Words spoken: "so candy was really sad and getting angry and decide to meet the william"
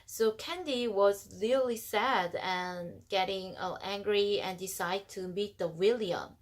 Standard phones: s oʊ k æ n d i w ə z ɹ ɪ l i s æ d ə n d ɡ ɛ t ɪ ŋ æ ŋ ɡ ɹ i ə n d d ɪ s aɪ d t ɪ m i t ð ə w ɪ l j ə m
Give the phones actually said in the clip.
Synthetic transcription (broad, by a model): s oʊ k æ n d i w ə z l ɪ l i s æ d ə n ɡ ɛ t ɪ ŋ æ ŋ ɡ ɹ i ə n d d ɪ s aɪ d t ɪ m i t ð ə w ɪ l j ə m